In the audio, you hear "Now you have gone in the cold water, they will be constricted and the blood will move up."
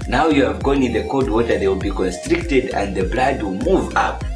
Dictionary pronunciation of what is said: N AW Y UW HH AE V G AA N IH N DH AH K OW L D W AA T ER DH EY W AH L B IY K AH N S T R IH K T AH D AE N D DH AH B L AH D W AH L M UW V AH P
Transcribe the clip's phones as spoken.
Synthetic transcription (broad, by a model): N AW Y UW HH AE V G AA N IH N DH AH K OW D W AA T ER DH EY W AH L B IY K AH N S T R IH K T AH D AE N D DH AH B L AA D W AH L M UW V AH P